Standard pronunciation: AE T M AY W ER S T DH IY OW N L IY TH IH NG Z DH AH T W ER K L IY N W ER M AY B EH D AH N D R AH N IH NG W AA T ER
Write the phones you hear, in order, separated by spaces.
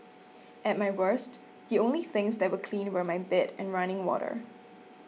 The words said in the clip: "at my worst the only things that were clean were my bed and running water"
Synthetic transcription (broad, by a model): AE T M AY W ER S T DH IY OW N L IY TH IH NG Z DH AH T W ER K L IY N W ER M AY B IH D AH N R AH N IH NG W AA T ER